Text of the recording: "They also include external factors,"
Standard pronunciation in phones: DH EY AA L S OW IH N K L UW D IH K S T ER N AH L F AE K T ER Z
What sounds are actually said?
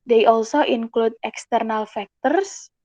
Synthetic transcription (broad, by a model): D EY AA L S OW IH N K L UW D IH K S T ER N AH L F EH K T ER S